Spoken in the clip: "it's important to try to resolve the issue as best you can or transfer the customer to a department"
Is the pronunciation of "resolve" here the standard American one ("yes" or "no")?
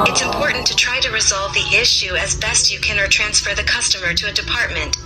yes